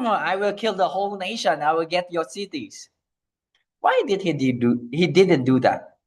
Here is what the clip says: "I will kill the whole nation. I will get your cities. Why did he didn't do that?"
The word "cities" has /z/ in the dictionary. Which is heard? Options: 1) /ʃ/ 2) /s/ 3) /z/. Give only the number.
2